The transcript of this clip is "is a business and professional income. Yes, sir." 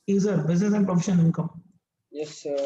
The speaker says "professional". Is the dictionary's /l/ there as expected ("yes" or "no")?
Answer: no